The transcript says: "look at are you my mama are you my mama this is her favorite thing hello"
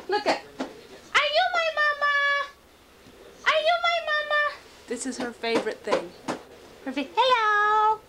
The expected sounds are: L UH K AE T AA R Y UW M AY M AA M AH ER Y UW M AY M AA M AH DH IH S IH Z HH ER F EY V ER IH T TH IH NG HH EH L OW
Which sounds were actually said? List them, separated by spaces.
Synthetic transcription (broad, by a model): L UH K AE T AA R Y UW M AY M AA M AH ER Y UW M AY M AA M AH DH IH S IH Z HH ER F EY V ER IH T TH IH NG HH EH L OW